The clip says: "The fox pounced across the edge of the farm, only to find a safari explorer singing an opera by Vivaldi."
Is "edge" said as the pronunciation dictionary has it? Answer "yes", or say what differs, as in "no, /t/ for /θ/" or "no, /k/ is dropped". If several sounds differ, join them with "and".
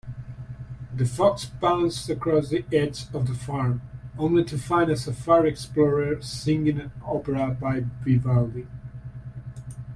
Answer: no, /z/ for /dʒ/